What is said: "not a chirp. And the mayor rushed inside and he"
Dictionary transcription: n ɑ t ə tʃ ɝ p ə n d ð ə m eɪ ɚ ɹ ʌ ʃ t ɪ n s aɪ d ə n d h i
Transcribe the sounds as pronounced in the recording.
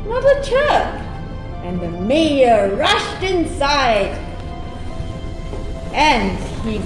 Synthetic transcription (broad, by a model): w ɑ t ə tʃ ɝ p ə n ð ə m eɪ ɚ ɹ ʌ ʃ t ɪ n s aɪ d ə n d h i